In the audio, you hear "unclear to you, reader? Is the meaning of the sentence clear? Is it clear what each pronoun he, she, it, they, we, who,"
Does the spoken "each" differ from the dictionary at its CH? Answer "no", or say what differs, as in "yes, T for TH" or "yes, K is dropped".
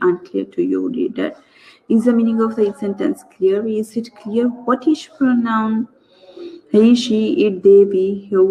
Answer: yes, S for CH